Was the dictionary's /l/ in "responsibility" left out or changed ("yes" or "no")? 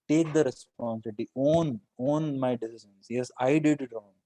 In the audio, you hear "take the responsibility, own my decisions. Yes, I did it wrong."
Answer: yes